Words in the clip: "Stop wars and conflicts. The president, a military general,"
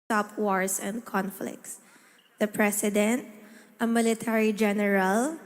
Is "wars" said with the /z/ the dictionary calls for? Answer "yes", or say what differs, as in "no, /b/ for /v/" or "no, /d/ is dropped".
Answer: no, /s/ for /z/